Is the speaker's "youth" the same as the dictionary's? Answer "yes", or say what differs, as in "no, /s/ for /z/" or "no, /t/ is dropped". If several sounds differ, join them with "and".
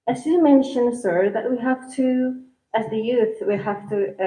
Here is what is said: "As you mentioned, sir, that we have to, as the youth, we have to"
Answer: yes